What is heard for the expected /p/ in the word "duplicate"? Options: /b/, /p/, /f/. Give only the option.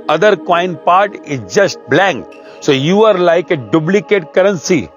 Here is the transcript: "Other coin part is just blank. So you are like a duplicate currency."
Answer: /b/